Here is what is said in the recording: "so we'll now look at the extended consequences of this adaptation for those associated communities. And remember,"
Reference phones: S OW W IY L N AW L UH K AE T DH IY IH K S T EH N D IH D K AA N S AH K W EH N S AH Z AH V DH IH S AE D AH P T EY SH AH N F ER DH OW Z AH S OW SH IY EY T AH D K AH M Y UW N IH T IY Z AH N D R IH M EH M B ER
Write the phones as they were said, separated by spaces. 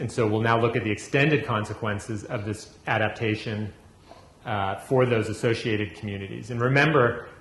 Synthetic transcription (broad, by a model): S OW W IY L N AW L UH K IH T DH IY IH K S T EH N D IH D K AA N S AH K W EH N S AH Z AH V DH IH S AE D AH P T EY SH AH N F ER DH OW Z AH S OW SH IY EY T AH D K M Y UW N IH T IY Z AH N R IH M EH M B ER